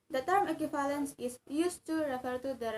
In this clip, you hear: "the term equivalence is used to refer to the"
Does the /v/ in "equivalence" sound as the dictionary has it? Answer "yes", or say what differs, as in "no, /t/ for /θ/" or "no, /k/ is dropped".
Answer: no, /f/ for /v/